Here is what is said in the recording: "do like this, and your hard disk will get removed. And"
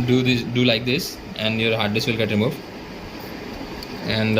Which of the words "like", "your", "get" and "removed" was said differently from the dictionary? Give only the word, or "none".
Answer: removed